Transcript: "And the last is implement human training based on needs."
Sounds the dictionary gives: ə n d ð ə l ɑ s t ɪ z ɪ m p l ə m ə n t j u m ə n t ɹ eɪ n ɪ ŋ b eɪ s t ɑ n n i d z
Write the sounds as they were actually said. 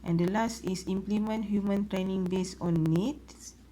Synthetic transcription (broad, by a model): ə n d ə l ɑ s t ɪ s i m p l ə m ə n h j u m ə n t ɹ eɪ n ɪ ŋ b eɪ s ɑ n n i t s